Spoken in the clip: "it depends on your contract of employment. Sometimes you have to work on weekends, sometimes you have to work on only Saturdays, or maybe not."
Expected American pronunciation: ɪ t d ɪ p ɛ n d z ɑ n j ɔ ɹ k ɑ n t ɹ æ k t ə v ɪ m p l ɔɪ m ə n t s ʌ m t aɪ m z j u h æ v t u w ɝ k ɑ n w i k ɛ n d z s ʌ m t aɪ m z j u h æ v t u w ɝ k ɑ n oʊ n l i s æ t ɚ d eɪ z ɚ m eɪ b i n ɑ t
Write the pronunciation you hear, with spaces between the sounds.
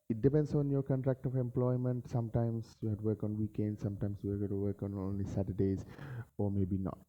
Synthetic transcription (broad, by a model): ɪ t d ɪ p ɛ n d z ɑ n j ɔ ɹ k ɑ n t ɹ æ k t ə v ɪ m p l ɔɪ m ə n t s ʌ m t aɪ m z j u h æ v t u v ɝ k ɑ n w i k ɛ n d s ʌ m t aɪ m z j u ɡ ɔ t u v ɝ k ɑ n oʊ n l i s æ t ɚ d eɪ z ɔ m eɪ b i n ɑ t